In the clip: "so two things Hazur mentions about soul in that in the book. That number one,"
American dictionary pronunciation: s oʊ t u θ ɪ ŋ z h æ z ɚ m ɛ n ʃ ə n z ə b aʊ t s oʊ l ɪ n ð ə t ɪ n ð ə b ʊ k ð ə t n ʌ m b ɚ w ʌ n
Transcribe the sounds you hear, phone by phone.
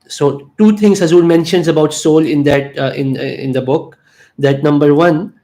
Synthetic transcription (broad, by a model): s oʊ t u t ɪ ŋ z h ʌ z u m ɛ n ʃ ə n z ə b aʊ t s oʊ l ɪ n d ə t ɪ n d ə b ʊ k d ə t n ʌ m b ɚ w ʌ n